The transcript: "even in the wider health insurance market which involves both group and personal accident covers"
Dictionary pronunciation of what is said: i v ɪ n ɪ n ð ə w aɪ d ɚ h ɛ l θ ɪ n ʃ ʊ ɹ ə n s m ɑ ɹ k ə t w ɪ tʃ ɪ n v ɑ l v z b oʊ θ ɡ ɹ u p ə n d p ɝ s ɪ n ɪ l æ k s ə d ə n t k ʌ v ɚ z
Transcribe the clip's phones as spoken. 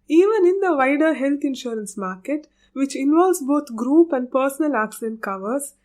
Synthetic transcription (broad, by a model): i v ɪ n ɪ n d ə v aɪ d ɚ h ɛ l t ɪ n ʃ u ɹ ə n s m ɑ ɹ k ə t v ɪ tʃ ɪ n v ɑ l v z b oʊ t ɡ ɹ u p ə n d p ɝ s ɪ n ɪ l æ k s ə d ə n t k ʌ v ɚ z